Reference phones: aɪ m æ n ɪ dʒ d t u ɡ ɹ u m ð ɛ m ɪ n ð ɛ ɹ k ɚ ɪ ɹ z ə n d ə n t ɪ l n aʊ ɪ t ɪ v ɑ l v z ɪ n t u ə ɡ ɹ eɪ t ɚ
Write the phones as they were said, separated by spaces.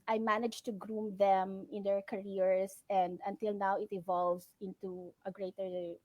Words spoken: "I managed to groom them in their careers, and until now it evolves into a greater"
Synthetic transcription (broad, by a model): aɪ m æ n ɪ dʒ t u ɡ ɹ u m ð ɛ m ɪ n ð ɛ ɹ k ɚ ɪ ɹ s ə n d ə n t ɪ l n aʊ ɪ t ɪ v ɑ l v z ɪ n t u ə ɡ ɹ eɪ t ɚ